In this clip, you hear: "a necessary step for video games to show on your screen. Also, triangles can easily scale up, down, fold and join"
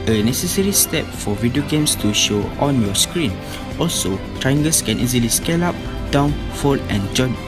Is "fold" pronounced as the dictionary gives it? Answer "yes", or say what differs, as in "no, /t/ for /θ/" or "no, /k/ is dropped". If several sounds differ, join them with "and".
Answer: no, /d/ is dropped